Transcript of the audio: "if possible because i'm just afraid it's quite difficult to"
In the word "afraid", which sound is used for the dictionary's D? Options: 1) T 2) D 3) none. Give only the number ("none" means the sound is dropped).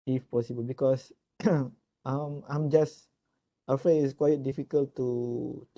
3